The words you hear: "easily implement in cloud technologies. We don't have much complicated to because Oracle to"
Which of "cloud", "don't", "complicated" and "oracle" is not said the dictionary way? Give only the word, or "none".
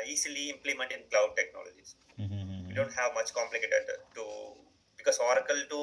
none